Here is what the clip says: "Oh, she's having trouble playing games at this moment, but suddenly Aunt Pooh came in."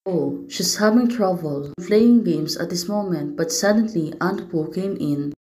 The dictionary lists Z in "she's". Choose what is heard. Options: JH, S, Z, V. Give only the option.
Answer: S